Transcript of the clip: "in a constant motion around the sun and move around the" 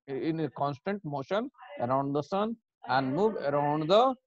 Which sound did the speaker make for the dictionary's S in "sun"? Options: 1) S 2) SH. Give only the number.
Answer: 1